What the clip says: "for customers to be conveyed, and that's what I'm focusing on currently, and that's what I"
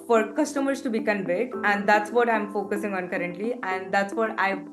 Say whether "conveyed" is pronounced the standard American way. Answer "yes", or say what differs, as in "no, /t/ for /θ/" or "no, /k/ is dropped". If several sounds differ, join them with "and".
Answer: no, /b/ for /v/